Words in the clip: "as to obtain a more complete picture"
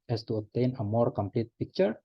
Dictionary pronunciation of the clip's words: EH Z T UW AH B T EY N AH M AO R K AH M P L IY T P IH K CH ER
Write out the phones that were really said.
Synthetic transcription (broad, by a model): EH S T UW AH T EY N AH M AO R K AH M P L IY T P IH K CH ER